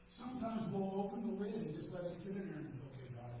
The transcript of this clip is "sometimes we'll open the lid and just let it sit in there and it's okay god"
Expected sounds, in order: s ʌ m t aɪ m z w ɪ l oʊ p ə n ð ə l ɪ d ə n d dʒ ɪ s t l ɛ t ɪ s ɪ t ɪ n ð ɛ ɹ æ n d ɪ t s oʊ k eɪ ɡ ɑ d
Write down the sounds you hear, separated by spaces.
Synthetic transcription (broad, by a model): s ʌ m t aɪ m z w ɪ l oʊ p ə n ð ə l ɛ ə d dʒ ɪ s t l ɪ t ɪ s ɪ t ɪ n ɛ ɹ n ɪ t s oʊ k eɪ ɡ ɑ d